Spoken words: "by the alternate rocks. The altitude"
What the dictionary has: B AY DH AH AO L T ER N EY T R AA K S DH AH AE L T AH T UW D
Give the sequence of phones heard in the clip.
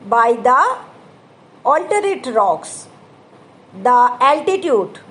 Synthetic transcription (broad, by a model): B AY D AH AO L T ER EY T R AA K S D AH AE L T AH T UW D